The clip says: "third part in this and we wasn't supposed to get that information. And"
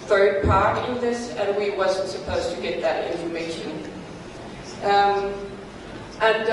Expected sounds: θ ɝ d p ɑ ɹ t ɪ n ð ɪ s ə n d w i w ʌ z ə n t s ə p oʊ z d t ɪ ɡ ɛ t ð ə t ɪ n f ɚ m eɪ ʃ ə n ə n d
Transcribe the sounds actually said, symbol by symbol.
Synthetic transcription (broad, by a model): θ ɝ d p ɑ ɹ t ɪ n ð ɪ s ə n w i w ʌ z ə n t s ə p oʊ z t ɪ ɡ ɛ t ð ə t ɪ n f ɚ m eɪ ʃ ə n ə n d